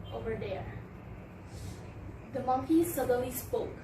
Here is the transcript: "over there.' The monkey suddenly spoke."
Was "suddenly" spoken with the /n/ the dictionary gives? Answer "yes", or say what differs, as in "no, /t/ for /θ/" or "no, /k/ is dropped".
no, /n/ is dropped